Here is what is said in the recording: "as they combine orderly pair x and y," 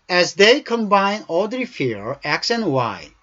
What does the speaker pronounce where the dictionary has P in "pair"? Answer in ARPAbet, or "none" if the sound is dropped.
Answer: F